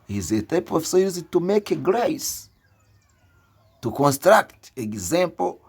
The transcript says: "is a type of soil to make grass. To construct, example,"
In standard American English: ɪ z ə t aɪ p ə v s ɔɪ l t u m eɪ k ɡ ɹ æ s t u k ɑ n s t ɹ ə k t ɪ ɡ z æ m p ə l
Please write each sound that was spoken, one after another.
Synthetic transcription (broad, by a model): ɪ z ə t aɪ p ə f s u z t u m eɪ k ɡ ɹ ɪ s t u k ɑ n s t ɹ ə k t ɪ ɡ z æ m p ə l